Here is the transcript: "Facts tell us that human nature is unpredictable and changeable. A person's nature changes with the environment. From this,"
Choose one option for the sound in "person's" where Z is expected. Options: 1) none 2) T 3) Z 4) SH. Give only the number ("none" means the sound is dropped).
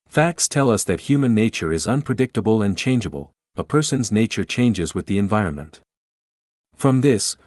3